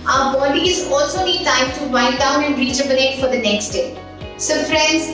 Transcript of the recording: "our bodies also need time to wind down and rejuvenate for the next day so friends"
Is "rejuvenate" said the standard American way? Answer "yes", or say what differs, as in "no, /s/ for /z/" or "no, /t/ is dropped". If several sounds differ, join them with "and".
no, /tʃ/ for /dʒ/ and /b/ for /v/